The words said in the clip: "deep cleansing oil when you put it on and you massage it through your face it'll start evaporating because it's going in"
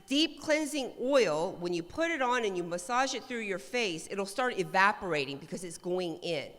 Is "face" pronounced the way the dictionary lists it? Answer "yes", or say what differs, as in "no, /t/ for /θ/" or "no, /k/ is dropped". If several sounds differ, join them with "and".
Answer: yes